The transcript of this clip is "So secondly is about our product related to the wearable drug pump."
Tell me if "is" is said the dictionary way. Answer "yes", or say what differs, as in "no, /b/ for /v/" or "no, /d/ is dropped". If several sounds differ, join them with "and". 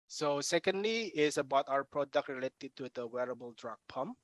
no, /s/ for /z/